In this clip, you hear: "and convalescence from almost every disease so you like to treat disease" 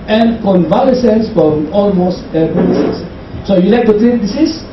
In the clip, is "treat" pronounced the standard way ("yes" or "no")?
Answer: no